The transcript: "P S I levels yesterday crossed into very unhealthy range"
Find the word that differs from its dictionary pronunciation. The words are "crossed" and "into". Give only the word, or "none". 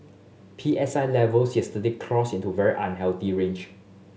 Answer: crossed